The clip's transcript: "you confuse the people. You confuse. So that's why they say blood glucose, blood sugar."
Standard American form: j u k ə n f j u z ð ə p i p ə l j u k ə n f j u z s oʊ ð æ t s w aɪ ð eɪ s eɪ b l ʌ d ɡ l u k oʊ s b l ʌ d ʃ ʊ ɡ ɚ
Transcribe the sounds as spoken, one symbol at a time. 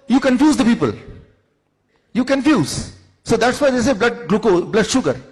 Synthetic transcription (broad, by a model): j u k ə n f j u z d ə p i p ə l j u k ə n f j u z s oʊ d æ t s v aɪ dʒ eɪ s eɪ b l ʌ d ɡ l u k oʊ b l ʌ d ʃ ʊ ɡ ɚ